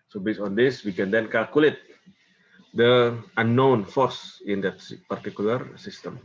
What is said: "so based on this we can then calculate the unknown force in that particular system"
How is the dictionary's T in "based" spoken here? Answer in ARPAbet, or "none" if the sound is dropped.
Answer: none